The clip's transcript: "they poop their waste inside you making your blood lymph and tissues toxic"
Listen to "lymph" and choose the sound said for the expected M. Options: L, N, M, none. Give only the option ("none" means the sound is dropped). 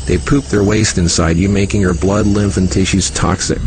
M